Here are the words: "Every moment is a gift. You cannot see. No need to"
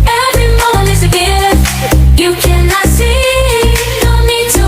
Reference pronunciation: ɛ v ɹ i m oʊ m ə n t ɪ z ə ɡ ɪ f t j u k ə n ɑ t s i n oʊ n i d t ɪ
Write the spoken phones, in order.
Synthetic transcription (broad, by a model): ɛ v ɹ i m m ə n ɪ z ə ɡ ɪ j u k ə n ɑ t s i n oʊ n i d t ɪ